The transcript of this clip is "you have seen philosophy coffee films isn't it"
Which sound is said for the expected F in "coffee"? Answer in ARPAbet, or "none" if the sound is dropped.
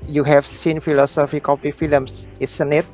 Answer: P